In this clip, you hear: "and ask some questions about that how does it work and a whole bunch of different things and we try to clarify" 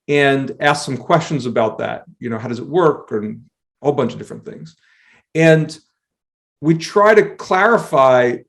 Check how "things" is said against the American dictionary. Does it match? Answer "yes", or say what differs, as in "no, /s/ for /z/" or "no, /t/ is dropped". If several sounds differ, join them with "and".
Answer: yes